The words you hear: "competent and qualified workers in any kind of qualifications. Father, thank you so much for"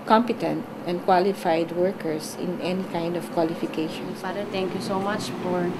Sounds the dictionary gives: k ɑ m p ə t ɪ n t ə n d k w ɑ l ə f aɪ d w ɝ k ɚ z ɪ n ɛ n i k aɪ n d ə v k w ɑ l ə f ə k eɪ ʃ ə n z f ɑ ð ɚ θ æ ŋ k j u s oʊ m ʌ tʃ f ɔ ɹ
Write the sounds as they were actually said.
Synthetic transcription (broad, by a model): k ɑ m p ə t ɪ n t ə n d k w ɑ l ə f aɪ d w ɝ k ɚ s ɪ n ɛ n i k aɪ n d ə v k w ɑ l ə f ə k eɪ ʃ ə n s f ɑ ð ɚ t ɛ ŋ k j u s oʊ m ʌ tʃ f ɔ ɹ